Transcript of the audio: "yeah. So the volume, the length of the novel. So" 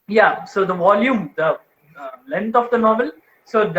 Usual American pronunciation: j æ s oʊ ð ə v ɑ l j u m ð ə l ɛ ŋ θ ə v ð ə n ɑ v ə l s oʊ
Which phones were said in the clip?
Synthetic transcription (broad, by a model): j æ s oʊ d ə v ɑ l j u m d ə l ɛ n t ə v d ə n ɑ v ə l s oʊ